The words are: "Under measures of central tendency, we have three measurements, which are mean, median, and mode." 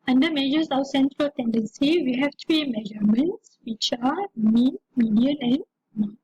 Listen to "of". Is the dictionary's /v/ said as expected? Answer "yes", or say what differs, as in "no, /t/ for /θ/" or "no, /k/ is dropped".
no, /w/ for /v/